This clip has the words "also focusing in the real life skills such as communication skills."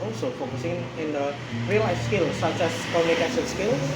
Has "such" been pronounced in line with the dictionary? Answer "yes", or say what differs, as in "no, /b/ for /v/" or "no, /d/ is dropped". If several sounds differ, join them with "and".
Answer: no, /s/ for /tʃ/